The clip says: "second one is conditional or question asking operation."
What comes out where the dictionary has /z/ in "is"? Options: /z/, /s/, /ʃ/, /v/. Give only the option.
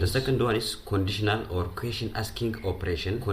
/s/